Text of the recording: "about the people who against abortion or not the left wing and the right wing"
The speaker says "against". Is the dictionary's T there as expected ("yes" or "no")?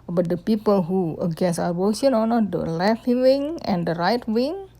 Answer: no